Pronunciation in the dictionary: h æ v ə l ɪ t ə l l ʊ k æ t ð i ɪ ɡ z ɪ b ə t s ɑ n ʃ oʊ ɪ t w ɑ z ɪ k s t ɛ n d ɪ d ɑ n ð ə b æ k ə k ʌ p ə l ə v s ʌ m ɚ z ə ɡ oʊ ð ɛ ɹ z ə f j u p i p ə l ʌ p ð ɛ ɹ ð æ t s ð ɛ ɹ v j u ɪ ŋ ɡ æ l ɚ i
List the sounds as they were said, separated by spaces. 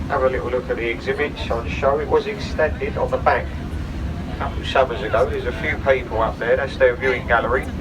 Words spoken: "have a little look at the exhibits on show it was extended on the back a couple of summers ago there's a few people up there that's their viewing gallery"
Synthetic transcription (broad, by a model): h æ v ə l ɪ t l l ʊ k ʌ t ð i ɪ ɡ z ɪ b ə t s n ʃ oʊ ɪ t w ɑ z ɪ k s t ɛ n d ɪ d n ð ə b æ k ə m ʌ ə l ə s ʌ m ɚ z ə ɡ oʊ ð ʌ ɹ z ə f j u p i p ə l ʌ p ð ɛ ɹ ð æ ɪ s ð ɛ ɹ v j u ɪ ŋ ɡ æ l ɚ i